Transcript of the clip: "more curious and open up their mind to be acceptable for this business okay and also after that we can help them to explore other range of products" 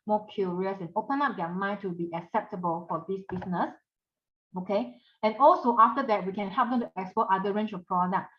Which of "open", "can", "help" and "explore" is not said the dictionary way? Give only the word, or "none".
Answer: explore